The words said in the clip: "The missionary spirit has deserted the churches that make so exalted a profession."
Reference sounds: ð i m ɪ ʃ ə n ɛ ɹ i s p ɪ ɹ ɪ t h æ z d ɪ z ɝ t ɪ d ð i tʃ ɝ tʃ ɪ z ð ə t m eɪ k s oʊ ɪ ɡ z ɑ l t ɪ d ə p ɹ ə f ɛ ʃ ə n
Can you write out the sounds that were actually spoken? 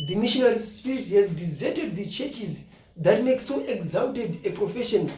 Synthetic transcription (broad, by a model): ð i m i ʃ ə n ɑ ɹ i s p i ɹ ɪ t h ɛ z d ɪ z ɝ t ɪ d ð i tʃ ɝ tʃ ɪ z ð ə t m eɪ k s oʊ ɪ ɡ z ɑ n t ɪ d ə p ɹ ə f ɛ ʃ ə n